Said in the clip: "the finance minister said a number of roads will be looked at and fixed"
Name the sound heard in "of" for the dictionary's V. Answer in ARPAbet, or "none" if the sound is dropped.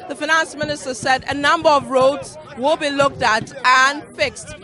V